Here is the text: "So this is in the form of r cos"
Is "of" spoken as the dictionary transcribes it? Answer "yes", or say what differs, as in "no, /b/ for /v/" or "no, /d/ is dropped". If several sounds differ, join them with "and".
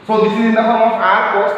no, /p/ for /v/